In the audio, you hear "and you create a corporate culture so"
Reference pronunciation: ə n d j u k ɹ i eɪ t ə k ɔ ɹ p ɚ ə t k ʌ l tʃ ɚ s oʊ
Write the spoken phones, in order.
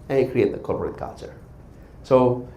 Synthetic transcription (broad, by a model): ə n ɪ k ɹ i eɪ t ə k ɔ l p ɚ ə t k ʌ l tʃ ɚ s oʊ